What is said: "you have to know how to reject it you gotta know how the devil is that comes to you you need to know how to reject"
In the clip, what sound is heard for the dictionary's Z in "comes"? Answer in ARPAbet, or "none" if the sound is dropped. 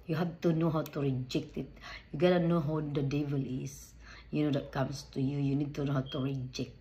S